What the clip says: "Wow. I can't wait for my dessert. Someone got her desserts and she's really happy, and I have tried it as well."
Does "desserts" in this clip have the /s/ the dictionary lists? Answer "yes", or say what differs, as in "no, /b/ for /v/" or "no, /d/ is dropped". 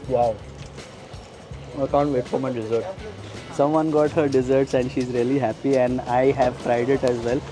yes